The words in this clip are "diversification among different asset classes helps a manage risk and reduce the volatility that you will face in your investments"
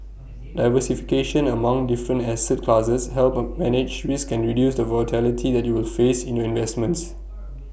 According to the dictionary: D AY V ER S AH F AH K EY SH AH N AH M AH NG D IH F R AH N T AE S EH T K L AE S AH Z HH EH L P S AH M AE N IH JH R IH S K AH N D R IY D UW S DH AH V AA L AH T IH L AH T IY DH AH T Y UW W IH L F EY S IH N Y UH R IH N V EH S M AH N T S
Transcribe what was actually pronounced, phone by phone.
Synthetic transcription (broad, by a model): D AY V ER S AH F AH K EY SH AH N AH M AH NG D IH F R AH N T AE S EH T K L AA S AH S HH EH L P M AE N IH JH W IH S K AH N R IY D UW S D AH V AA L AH T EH L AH T IY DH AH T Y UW W IH L F EY S IH N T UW IH N V EH S M AH N T S